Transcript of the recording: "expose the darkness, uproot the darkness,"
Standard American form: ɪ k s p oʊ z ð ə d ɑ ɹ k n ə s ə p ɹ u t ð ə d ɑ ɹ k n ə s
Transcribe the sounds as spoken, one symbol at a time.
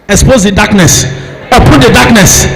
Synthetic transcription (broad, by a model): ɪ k s p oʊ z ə d ɑ k n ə s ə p u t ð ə d ɑ k n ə s